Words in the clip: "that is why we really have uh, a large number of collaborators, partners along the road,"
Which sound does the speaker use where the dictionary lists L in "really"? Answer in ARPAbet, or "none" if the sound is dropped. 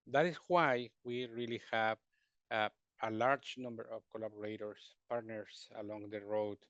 L